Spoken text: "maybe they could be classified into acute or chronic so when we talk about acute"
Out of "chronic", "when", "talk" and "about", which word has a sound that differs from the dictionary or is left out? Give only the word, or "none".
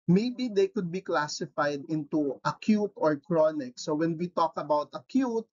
none